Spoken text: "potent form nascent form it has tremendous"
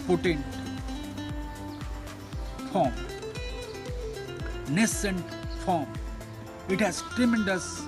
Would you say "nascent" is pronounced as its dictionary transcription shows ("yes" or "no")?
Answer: yes